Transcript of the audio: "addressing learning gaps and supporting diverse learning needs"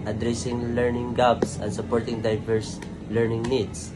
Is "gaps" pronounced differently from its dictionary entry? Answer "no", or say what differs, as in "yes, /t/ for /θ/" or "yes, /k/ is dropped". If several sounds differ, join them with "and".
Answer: yes, /b/ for /p/